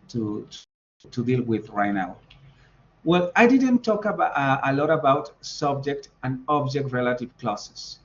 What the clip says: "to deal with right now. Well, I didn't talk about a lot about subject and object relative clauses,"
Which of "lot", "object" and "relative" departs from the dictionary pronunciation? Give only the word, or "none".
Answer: none